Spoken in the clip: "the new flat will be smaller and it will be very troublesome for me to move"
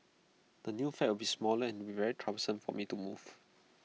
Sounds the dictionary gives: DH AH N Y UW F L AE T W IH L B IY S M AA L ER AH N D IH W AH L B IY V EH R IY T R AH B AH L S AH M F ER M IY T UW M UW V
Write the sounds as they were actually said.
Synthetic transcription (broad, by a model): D AH N Y UW F EH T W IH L B IY S M AA L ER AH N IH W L B IY V EH R IY T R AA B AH S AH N F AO M IY T UW M UW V